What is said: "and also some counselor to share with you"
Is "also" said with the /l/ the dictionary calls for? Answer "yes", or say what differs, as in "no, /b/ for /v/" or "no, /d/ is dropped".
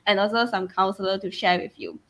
yes